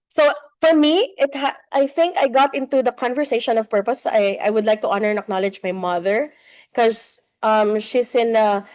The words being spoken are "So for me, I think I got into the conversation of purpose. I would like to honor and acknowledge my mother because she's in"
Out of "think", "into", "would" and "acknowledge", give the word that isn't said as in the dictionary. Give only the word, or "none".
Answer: none